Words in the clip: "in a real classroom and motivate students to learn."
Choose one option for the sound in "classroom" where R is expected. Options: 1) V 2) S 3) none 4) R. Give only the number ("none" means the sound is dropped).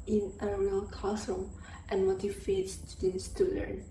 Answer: 3